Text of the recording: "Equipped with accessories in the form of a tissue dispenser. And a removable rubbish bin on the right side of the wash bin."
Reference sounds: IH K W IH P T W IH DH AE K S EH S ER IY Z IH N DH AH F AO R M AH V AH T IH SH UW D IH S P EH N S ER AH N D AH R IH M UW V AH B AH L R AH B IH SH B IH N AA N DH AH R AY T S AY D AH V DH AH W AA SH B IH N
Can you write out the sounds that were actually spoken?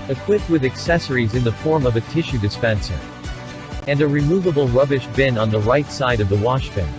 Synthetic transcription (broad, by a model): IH K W IH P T W IH DH AE K S EH S ER IY Z IH N DH AH F AO R M AH V AH T IH SH UW D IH S P EH N S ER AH N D AH R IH M UW V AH B L R AH B IH SH B IH N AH N DH AH R AY T S AY D AH V DH AH W AA SH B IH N